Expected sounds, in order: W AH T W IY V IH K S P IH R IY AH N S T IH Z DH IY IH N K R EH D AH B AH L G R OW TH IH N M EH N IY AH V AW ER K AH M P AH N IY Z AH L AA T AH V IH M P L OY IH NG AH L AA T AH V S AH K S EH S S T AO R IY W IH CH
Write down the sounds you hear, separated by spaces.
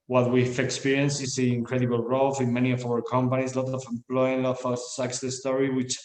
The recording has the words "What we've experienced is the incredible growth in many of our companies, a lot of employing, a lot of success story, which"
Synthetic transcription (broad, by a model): W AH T W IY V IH K S P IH R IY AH N S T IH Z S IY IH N K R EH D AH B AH L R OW F IH N M EH N IY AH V AW ER K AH M P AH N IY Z L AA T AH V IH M P L OY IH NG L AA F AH S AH K S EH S S T AO R IY W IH CH